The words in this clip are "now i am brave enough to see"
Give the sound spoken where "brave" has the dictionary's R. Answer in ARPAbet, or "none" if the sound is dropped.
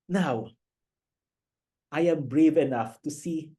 R